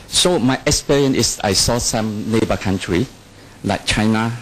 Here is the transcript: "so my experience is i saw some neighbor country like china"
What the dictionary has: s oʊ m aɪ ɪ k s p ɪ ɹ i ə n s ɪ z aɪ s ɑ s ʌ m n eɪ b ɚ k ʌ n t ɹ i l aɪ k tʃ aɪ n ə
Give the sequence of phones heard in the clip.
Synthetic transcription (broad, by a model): s oʊ m aɪ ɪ k s p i ɹ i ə n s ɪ s aɪ s ɑ s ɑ m n eɪ b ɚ k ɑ n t ɹ i l aɪ k tʃ aɪ n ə